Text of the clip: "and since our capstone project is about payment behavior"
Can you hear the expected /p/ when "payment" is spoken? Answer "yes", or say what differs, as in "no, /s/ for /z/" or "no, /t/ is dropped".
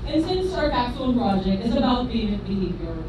no, /b/ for /p/